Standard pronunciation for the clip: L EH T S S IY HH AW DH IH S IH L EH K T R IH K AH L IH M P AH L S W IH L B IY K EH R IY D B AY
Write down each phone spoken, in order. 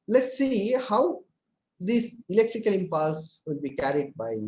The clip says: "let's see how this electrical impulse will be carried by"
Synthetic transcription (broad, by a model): L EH T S S IY HH AW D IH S IH L EH K T R IH K AH L IH M P AH L S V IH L B IY K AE R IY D B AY